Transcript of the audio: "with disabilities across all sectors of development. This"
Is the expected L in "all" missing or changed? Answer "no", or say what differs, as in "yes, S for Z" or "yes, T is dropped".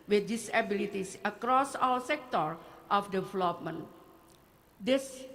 yes, W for L